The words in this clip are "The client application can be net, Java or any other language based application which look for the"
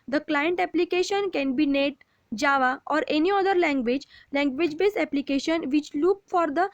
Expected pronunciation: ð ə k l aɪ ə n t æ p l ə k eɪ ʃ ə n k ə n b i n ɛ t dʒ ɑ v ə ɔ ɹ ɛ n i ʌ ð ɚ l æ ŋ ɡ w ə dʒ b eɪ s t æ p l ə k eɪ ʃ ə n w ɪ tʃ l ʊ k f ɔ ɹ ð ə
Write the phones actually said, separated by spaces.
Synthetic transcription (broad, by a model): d ə k l aɪ ə n t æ p l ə k eɪ ʃ ə n k ə n b i n ɛ t dʒ ɑ v ə ɔ ɹ ɛ n i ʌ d ɚ l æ ŋ ɡ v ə dʒ b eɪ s æ p l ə k eɪ ʃ ə n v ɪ tʃ l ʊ k f ɔ ɹ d ə